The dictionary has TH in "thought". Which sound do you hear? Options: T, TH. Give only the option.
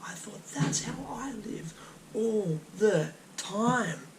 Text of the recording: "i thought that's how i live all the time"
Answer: TH